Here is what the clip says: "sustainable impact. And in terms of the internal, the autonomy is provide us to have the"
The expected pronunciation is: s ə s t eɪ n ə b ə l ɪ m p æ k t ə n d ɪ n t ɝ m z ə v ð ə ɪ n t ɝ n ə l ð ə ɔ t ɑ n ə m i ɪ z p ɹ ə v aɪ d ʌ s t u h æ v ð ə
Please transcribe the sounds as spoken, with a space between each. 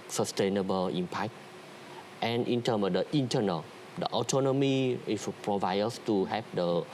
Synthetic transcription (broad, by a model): s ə s t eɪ n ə b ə l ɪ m p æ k t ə n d ɪ n t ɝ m ə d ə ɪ n t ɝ n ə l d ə ɔ t ɑ n ə m i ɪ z p ɹ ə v aɪ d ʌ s t u h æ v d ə